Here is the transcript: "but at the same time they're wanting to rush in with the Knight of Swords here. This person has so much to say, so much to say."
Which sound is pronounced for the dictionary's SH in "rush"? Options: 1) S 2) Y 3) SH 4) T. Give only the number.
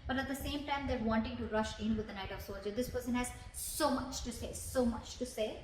3